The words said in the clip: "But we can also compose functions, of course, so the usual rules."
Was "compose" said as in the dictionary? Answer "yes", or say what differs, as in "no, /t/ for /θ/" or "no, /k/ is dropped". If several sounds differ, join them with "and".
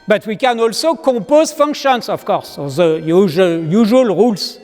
no, /m/ is dropped